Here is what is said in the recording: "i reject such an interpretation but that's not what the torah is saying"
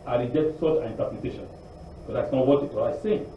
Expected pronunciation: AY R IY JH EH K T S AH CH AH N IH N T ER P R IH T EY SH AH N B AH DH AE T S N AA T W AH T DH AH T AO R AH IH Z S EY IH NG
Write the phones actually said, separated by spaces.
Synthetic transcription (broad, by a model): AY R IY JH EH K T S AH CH AH N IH N T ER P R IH T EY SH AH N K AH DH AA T S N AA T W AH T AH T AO L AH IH S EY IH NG